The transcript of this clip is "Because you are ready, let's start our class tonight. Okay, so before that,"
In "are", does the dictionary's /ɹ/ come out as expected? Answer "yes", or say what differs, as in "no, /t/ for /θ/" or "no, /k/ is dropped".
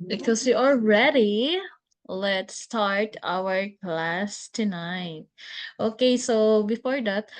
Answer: no, /l/ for /ɹ/